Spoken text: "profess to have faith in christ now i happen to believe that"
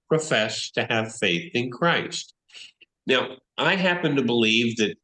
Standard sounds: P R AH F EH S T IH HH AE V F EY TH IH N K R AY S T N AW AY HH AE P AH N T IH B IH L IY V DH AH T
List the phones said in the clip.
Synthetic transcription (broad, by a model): P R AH F EH S T IH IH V F EY TH IH N K R AY S T N AW AY HH AE P AH N T IH B IH L IY V DH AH T